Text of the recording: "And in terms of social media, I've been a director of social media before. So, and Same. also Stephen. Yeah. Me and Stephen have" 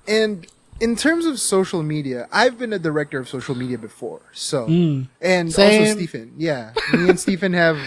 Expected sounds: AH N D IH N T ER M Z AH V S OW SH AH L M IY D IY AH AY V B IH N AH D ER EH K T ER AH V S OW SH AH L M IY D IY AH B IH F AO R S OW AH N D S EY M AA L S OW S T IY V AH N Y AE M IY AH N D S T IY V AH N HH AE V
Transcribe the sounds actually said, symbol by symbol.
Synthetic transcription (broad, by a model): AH N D IH N T ER M Z AH V S OW SH L M IY D IY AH AY V B IH N AH D ER EH K T ER AH V S OW SH L M IY D IY AH B IH F AO R S OW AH N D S AA L S OW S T IY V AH N Y AE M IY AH N S T IY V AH N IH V